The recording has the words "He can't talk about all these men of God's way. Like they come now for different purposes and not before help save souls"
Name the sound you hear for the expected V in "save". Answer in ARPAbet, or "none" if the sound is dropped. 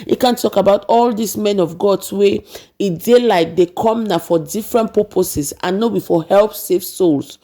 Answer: F